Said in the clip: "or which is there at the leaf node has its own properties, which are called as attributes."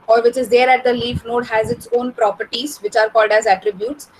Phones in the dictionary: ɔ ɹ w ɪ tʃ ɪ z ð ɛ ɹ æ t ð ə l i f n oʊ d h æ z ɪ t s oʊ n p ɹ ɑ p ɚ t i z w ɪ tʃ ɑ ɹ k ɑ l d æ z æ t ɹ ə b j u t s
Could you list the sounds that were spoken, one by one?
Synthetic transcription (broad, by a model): ɔ ɹ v ɪ tʃ ɪ z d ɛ ɹ æ t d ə l i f n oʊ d h æ z ɪ t s oʊ n p ɹ ɑ p ɚ t i z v ɪ tʃ ɑ ɹ k ɑ l d æ z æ t ɹ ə b j u t s